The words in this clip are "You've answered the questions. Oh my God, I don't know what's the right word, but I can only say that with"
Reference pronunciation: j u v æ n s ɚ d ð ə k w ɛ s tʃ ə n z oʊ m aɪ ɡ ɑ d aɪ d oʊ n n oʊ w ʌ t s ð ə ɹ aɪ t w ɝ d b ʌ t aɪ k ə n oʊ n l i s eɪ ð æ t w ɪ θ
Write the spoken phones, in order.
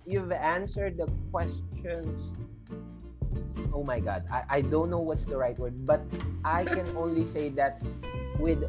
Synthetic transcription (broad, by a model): j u v æ n s ɚ d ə k w ɛ s tʃ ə n s oʊ m aɪ ɡ ɑ d aɪ d oʊ n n oʊ w ʌ t s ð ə ɹ aɪ t w ɝ d b ʌ t aɪ k ə n oʊ n l i s eɪ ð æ t w ɪ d